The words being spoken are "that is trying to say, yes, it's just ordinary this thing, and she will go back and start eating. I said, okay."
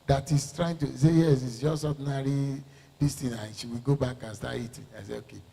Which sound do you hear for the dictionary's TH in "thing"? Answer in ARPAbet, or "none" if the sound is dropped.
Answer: T